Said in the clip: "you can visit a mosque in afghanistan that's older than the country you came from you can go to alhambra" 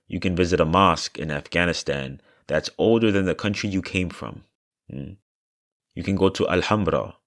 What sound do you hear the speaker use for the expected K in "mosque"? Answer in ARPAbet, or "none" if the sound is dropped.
K